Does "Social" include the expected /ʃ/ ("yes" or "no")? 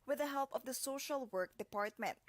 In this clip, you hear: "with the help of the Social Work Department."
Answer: yes